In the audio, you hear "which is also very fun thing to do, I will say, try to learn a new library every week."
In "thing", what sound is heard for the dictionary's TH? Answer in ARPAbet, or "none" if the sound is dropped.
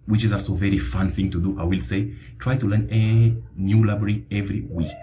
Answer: TH